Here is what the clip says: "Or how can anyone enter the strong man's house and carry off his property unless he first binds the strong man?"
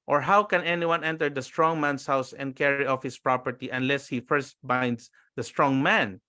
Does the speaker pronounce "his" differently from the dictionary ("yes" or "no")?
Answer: yes